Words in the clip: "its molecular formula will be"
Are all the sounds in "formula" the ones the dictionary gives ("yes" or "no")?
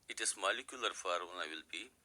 no